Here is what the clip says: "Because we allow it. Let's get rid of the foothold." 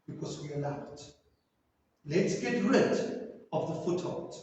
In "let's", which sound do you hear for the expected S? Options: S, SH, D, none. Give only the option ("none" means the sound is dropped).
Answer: S